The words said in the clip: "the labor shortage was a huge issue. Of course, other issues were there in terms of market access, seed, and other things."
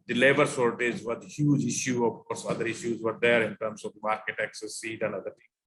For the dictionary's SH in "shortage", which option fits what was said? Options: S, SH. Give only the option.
S